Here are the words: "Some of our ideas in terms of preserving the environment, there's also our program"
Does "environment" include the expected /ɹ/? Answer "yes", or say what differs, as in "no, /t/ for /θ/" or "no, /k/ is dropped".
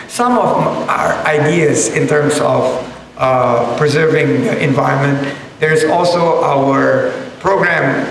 yes